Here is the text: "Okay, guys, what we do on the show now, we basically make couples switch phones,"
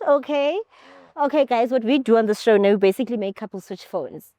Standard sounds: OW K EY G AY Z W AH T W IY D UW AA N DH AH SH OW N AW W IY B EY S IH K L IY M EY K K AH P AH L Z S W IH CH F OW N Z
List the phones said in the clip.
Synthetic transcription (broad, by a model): OW K EY G AY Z W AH T W IY D UW AA N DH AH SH OW N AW W IY B EY S IH K L IY M EY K K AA P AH L S W IH CH F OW N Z